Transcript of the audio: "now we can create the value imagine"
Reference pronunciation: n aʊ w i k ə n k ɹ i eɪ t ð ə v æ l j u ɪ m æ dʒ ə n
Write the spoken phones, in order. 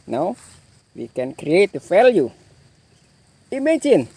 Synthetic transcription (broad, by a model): n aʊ w i k ə n k ɹ i eɪ t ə f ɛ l j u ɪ m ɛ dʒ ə n